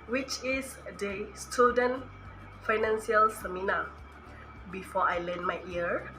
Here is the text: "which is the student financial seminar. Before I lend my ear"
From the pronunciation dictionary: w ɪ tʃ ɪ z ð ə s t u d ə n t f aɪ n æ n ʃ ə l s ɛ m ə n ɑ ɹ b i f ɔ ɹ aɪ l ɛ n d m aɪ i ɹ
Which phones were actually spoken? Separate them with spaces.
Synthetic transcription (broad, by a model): w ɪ tʃ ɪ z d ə s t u d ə n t f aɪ n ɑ n s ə l s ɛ m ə n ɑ b i f ɔ aɪ l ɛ n m aɪ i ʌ